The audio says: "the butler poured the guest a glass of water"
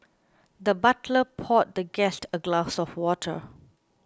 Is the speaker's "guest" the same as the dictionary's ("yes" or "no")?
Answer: yes